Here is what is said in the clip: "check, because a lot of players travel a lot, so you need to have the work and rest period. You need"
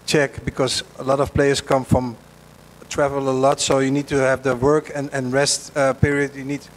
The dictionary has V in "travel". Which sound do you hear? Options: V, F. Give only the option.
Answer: V